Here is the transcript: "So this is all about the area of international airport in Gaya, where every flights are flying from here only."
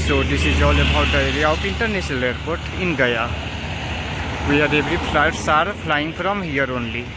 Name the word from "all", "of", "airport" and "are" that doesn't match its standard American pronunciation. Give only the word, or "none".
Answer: of